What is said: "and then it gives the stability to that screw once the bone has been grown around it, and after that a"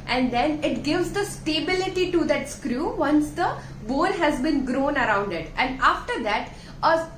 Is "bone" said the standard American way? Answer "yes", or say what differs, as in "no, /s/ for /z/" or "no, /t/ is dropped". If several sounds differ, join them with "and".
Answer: no, /l/ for /n/